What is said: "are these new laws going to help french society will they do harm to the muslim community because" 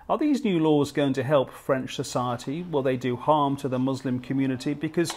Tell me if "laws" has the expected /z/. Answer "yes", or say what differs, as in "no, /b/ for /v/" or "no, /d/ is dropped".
yes